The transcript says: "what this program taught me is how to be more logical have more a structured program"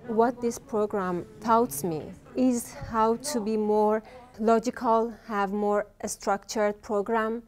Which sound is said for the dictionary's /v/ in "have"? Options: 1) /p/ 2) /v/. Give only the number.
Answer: 2